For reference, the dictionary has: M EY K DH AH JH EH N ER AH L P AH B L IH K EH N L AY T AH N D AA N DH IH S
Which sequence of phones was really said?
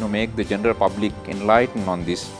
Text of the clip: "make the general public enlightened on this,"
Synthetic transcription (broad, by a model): M EY K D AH JH EH N ER AH L P AH B L IH K EH N L AY T AH N D AA N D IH S